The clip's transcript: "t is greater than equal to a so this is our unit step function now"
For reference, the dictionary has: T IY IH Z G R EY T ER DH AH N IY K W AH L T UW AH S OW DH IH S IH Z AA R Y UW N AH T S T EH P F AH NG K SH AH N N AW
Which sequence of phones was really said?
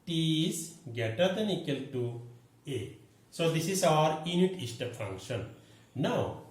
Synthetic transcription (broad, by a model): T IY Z G EY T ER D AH N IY K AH L T UW AH S OW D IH S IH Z AA R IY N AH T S T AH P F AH NG K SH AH N N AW